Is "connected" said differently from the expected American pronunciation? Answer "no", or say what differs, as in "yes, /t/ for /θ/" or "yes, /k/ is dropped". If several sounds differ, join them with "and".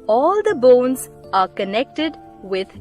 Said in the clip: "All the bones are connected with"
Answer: no